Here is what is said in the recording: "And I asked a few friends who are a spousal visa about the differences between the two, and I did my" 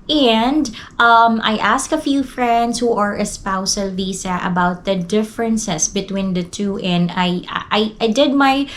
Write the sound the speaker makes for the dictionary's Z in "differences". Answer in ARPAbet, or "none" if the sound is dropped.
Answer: S